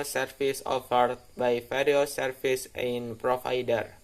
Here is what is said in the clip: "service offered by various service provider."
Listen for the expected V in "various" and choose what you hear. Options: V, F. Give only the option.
F